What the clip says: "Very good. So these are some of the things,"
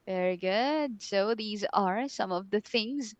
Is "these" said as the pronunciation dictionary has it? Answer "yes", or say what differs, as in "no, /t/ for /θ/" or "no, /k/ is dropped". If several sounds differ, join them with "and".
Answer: yes